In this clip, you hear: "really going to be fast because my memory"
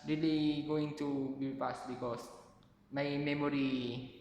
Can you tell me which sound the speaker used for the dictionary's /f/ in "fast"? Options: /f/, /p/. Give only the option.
/p/